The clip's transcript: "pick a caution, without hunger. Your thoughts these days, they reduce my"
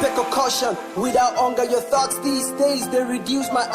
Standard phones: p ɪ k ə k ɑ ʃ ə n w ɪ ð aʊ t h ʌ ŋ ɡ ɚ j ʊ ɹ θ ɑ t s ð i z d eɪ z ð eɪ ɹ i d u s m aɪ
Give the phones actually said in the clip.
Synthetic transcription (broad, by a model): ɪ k ə k ɑ ʃ ə n w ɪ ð aʊ t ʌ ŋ ɡ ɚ j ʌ ɹ θ ɑ t s ð i z d eɪ z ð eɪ ɹ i d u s m aɪ